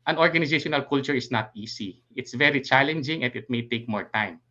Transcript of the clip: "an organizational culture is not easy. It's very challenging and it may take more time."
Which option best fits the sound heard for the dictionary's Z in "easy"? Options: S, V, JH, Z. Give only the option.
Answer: S